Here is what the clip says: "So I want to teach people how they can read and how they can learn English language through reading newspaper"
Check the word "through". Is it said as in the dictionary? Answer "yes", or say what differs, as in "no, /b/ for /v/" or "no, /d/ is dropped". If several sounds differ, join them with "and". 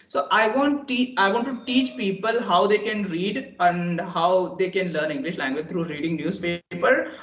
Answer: no, /t/ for /θ/